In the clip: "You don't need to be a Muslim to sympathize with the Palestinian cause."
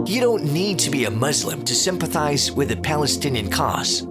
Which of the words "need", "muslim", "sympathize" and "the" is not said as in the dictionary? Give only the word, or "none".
none